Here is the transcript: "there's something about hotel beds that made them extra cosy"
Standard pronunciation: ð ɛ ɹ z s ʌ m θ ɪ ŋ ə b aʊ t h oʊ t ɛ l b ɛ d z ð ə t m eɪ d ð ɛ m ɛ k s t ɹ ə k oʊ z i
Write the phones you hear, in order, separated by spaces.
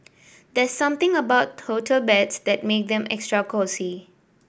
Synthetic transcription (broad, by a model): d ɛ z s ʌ m t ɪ ŋ ə b aʊ t oʊ t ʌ l b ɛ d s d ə t m eɪ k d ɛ m ɛ k s t ɹ ə k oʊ s i